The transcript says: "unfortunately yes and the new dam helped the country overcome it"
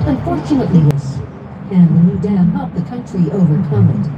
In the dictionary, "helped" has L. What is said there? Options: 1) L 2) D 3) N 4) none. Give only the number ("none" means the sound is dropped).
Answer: 4